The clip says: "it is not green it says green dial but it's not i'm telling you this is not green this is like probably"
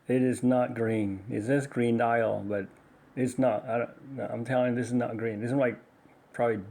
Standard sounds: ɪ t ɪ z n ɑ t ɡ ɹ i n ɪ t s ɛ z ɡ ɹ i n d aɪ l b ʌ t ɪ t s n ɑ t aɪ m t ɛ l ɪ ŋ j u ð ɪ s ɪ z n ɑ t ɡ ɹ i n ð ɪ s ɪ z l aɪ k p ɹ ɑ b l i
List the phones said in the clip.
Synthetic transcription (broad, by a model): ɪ t ɪ z n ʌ t ɡ ɹ i n ɪ t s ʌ s ɡ ɹ i n d aɪ l b ʌ t ɪ t s n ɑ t aɪ m t ɛ l ɪ ŋ ð ɪ s ɪ z n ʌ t ɡ ɹ i n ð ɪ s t l aɪ k p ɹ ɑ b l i